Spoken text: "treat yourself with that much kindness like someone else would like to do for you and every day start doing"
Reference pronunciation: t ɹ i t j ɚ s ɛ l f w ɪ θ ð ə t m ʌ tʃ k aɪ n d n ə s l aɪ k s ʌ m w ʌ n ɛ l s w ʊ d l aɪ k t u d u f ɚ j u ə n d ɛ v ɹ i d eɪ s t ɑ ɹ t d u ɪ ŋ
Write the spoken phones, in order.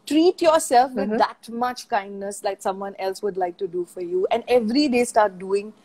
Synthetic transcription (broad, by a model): t ɹ i t j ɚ s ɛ l f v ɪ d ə t m ʌ tʃ k aɪ n d n ə s l aɪ k s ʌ m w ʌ n ɛ l s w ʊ d l aɪ k t u d u f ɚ j u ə n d ɛ v ɹ i d eɪ s t ɑ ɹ t d u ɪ ŋ